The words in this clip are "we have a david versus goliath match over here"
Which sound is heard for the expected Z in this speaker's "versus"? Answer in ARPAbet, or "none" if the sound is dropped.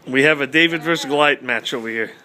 none